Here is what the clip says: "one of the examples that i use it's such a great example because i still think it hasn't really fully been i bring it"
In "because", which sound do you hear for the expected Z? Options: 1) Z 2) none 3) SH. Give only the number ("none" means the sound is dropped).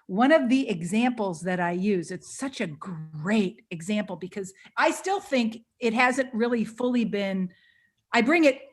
1